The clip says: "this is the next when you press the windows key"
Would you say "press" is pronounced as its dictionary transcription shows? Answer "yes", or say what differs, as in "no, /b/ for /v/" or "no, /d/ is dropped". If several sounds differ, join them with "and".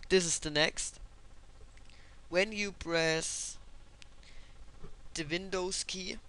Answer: no, /b/ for /p/